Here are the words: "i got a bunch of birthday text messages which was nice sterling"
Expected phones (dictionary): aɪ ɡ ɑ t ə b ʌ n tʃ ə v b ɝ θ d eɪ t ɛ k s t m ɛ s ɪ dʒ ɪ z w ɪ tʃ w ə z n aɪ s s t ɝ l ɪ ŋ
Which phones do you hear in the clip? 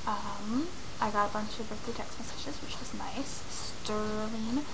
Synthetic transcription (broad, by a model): aɪ ɡ ɑ t ə b ʌ n tʃ ə v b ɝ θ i t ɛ k s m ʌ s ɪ ʃ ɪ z w ɪ tʃ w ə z n aɪ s s t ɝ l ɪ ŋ